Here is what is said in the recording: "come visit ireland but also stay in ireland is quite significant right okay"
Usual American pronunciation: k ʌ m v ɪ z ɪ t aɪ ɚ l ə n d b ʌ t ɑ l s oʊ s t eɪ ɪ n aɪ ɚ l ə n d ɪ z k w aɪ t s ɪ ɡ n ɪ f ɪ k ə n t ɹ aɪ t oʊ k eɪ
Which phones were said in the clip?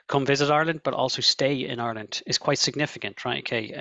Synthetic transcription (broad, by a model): k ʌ m v ɪ z ɪ t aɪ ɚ l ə n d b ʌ t ɑ l s oʊ s t eɪ ɪ n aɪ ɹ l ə n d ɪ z k w aɪ t s ɪ ɡ n ɪ f ɪ k ə n t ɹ aɪ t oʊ k eɪ